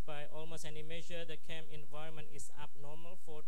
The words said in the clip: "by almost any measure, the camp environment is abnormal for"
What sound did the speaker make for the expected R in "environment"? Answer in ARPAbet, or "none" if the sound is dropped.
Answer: R